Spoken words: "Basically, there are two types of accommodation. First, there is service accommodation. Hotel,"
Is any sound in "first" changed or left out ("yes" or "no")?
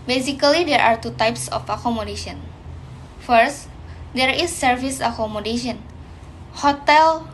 no